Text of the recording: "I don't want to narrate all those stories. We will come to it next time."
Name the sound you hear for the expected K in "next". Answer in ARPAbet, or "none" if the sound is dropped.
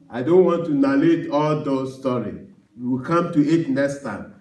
none